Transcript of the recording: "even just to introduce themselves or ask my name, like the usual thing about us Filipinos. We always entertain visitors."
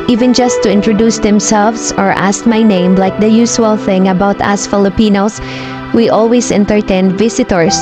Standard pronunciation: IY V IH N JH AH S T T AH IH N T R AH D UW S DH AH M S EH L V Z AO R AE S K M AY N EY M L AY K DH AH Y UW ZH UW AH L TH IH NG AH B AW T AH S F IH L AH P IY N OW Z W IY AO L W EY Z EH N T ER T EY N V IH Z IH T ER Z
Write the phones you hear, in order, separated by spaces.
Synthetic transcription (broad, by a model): IY V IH N JH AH S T T AH IH N T R AH D UW S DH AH M S EH L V S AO R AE S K M AY N EY M L AY K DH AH Y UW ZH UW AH L TH IH NG AH B AW T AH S F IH L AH P IY N OW S W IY AO L W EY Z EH N T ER T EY N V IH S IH T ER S